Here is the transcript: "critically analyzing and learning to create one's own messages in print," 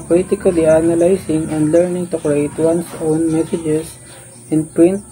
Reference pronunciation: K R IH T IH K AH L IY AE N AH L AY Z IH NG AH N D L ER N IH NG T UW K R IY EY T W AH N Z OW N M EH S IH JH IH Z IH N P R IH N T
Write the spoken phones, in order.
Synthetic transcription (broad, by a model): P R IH T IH K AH L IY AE N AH L AY S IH NG AH N D L ER N IH NG T UW K R IY EY T W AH N S OW N M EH S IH JH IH S IH N P R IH N T